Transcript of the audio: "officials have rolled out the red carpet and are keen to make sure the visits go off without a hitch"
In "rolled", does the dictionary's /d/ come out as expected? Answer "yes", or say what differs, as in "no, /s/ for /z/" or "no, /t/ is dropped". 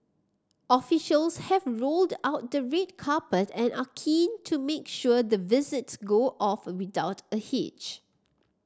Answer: yes